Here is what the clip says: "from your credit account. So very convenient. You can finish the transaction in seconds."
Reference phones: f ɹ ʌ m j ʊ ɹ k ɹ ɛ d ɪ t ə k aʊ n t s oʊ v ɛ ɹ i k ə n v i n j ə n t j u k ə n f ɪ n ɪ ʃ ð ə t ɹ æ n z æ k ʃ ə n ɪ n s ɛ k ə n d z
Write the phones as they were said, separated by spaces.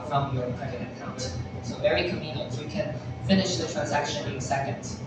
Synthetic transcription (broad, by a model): f ɹ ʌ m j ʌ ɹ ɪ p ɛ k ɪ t ə k aʊ n t s oʊ v ɛ ɹ i k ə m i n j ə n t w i k ə n f ɪ n ɪ ʃ ð ə t ɹ æ n z æ k ʃ ə n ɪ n s ɛ k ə n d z